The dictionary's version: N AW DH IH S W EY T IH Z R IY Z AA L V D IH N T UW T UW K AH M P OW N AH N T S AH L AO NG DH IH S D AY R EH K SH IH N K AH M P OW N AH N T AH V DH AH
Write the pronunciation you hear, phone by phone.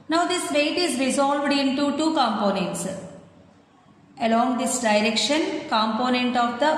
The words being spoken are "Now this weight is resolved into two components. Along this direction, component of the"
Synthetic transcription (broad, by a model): N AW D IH S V EY T IH Z R IY Z AA L V D IH N T UW T UW K AH M P OW N AH N T S AH L AO NG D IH S D AY R EH K SH IH N K AH M P OW N AH N T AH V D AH